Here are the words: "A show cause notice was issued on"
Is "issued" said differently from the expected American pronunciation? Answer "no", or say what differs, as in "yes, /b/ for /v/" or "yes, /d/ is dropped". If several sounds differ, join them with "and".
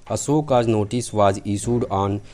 yes, /s/ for /ʃ/